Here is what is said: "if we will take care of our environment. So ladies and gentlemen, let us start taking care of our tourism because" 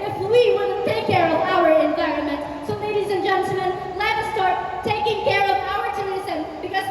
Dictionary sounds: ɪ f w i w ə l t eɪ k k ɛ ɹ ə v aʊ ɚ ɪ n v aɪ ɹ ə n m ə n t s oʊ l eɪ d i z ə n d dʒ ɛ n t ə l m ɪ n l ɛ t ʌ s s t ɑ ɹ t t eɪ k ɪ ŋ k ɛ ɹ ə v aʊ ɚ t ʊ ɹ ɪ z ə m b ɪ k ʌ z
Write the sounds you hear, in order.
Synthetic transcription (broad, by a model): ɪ f w i w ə n t eɪ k k ɛ ɹ ə v aʊ ɚ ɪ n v aɪ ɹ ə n m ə n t s oʊ l eɪ d i z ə n dʒ ɛ n t l m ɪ n l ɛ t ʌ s s t ɑ ɹ t t eɪ k ɪ ŋ k ɛ ɹ ə v aʊ ɚ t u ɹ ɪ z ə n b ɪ k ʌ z